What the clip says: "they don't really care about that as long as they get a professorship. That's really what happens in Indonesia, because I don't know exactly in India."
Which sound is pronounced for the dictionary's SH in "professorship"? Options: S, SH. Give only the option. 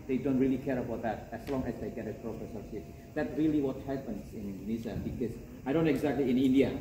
S